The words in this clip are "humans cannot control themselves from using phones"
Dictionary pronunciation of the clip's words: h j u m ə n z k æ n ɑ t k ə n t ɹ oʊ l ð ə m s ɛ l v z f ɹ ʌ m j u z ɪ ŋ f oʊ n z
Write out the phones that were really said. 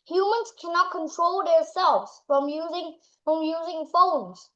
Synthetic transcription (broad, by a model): h j u m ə n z k æ n ɑ t k ə n t ɹ oʊ l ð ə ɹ s ɛ l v z f ɹ ʌ m j u z ɪ ŋ f oʊ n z